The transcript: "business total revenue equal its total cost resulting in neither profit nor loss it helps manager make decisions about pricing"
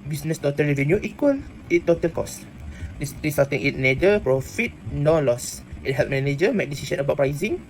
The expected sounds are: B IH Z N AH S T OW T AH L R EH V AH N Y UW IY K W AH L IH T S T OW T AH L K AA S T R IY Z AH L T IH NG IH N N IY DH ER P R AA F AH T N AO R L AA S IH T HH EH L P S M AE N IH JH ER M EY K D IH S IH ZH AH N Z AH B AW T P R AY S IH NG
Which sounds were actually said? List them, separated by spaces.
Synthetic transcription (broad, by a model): B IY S N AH S T OW T AH L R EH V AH N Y UW IY K W AH L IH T T OW T AH L K AA S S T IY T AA T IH NG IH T N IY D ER P R AA F AH T N AO L AA S IH T HH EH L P M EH N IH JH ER M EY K D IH S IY S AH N AH B AW T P R AY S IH NG